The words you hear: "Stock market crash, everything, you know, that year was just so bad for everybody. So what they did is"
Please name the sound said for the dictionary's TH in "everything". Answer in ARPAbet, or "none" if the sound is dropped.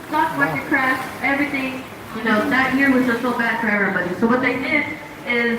TH